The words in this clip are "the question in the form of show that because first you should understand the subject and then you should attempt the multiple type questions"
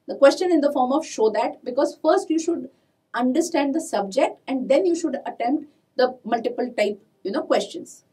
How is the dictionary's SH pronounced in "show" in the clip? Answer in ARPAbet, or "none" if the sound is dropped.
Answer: SH